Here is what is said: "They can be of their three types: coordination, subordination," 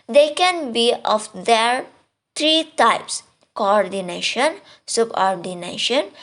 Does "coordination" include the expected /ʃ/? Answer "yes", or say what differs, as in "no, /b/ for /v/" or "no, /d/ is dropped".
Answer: yes